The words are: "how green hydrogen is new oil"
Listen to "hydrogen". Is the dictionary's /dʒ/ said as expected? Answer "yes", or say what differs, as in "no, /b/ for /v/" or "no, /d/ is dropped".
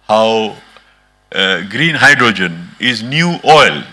yes